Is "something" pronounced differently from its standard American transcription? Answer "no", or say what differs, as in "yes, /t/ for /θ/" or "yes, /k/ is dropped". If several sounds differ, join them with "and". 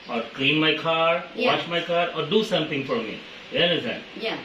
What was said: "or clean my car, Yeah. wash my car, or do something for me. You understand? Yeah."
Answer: yes, /t/ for /θ/